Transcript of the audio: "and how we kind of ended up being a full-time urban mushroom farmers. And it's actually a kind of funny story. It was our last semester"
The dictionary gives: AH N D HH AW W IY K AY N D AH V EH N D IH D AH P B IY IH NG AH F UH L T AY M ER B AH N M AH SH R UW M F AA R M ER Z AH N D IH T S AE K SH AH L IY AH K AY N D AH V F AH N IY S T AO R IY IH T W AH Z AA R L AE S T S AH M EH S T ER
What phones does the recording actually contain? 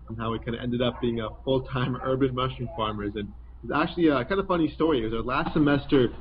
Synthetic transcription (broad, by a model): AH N HH AW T K AY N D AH EH N D IH D AH P B IY IH NG AH F UH L T AY M ER B AH N M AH SH UW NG F AA R M ER Z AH N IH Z AE K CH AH L IY AH K AY N D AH F AH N IY S T AO R IY IH T W AH Z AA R L AE S T S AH M EH S T ER